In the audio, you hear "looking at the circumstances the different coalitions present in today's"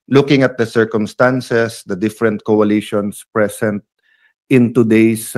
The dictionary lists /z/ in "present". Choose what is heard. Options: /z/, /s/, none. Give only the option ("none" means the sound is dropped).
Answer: /s/